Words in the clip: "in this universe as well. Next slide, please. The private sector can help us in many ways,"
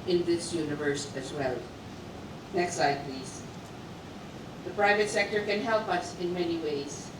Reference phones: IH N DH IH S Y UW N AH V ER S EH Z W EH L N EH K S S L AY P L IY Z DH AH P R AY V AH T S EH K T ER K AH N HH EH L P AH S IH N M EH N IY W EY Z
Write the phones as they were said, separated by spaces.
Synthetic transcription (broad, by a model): IH N DH IH S Y UW N AH V ER S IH Z W EH L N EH K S S AY P L IY Z DH AH P R AY V AH T S EH K T ER K AH N HH EH L P AH S IH N M EH N IY W EY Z